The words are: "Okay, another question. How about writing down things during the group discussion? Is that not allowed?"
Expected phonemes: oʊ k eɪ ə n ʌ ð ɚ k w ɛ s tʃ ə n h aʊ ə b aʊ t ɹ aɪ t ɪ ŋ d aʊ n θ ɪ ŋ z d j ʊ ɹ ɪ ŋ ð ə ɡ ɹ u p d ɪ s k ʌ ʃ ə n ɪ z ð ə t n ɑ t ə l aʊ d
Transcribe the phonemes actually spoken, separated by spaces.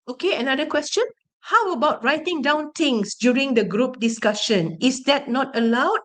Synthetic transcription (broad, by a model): oʊ k eɪ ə n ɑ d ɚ k w ɛ s tʃ ə n h aʊ ə b aʊ t ɹ aɪ t ɪ ŋ d aʊ n t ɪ ŋ s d j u ɹ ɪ ŋ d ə ɡ ɹ u p d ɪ s k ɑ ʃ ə n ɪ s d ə t n ɑ t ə l aʊ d